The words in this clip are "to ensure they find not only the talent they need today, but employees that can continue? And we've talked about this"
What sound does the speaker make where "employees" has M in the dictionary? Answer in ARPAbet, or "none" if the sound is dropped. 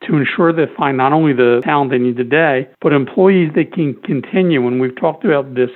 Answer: M